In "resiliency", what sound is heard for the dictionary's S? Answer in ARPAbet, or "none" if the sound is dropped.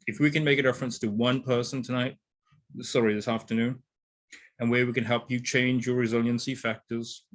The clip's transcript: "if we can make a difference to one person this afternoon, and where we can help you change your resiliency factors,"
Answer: S